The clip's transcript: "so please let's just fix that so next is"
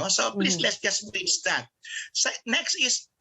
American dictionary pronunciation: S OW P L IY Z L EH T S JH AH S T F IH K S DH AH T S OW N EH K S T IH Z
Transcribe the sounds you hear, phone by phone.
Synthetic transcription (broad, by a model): S OW P L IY S L EH T S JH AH S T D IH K S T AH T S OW N EH K S T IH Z